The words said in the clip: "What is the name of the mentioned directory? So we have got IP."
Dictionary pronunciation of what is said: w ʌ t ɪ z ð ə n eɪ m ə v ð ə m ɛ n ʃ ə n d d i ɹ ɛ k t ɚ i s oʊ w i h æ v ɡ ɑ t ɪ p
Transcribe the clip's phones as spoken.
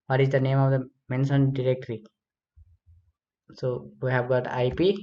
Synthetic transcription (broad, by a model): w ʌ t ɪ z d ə n eɪ m ə v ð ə m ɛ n s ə n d d i ɹ ɛ k t ɚ i s oʊ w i h æ v ɡ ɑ t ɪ p